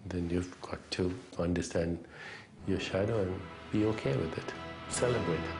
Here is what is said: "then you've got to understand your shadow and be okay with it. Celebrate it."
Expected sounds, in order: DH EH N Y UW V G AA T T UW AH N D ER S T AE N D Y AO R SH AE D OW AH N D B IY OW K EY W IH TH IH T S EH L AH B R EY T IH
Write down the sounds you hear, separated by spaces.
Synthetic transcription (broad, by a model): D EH N Y UW V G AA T T UW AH N D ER S T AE N D Y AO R SH AE D OW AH N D B IY OW K EY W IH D IH T S EH L AH B R EY T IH